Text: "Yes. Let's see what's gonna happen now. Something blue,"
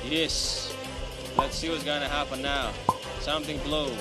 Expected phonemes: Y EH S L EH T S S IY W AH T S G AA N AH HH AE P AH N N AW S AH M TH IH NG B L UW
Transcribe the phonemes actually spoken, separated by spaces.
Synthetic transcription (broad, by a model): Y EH S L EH T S S IY W AH T S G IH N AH HH AE P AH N N AW S AH M TH IH NG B L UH